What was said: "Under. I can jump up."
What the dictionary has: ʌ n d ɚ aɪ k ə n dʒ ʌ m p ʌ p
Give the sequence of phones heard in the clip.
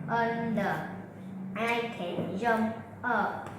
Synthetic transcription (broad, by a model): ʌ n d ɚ aɪ k ə n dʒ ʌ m ʌ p